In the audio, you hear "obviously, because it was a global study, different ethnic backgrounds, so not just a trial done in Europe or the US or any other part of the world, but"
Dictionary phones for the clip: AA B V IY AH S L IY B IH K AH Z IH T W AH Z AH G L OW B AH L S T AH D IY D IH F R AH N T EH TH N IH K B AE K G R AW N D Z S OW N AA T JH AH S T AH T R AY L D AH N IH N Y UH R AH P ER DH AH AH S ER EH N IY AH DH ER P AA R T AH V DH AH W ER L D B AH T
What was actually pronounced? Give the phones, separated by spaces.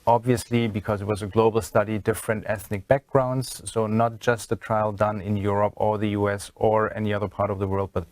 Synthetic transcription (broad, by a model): AA B V IY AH S L IY B IH K AH Z IH T W AH Z AH G L OW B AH L S T AH D IY D IH F R AH N T EH TH N IH K B AE K G R AW N D Z S OW N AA T JH AH S T AH T R AY L D AH N IH N Y UH R AH P ER DH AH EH S ER EH N IY AH DH ER P AA R T AH V DH AH W ER L D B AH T